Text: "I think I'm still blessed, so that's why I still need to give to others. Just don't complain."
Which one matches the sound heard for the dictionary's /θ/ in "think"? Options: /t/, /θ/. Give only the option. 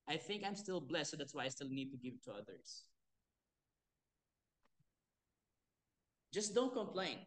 /θ/